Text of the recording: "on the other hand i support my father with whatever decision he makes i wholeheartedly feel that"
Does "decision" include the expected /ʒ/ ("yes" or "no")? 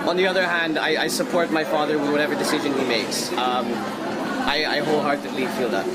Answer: yes